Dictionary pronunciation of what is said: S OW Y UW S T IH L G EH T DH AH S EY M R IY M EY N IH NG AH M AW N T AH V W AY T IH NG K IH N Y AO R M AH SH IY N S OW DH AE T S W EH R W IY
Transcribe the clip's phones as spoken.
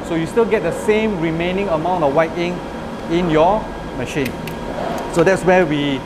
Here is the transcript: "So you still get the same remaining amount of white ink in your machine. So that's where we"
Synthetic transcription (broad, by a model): S OW Y UW S T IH L G EH T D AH S EY M R IY M EY N IH NG AH M AW N T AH F W AY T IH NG IH N Y AO M AH SH IY N S OW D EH T S W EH W IY